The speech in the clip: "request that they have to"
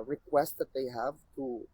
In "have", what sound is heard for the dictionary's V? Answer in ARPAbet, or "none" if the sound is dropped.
V